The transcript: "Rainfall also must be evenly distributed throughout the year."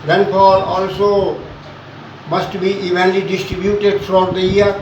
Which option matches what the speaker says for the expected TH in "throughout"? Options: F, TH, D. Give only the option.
F